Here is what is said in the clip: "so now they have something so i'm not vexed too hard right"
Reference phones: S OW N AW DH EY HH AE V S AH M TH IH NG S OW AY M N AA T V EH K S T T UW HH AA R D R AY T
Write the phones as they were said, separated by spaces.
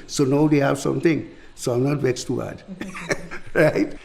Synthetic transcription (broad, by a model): S OW N AW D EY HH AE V S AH M T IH NG S OW AY M N AA T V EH S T T UW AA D R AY T